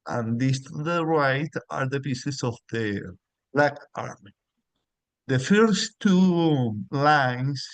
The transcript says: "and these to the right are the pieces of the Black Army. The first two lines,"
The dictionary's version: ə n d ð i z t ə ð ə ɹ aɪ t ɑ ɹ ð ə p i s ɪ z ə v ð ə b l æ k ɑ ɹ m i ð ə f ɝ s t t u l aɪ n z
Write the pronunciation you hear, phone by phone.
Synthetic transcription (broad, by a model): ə n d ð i s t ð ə ɹ aɪ t ɑ ɹ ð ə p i s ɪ s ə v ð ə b l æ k ɑ ɹ m i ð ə f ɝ s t t u l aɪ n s